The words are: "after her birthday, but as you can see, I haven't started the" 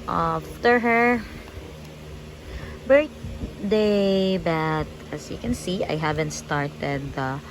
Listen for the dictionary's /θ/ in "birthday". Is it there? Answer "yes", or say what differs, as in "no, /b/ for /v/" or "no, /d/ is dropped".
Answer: no, /t/ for /θ/